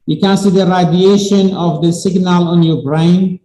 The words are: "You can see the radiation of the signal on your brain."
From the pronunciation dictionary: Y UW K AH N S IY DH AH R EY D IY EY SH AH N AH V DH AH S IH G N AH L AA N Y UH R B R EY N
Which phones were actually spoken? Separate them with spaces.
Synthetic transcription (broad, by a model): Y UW K AH N S IY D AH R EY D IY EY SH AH N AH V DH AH S IH G N AH L AA N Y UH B R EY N